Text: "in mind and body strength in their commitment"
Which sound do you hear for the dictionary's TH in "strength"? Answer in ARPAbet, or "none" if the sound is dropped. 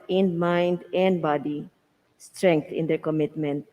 T